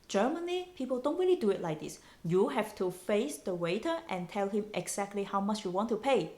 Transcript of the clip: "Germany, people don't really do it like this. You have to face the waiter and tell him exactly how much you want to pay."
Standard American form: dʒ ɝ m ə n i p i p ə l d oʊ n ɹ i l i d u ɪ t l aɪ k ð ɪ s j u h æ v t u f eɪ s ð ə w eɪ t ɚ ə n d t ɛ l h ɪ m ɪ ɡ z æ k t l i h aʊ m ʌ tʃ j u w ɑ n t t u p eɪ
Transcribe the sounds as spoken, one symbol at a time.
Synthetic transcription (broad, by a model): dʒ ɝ m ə n i p i p ə l d oʊ n ɹ i l i d u ɪ t l aɪ k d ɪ s j u h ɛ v t u f eɪ s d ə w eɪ t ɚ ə n t ɛ l h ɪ m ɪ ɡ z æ k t l i h aʊ m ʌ tʃ j u w ɑ n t t u p eɪ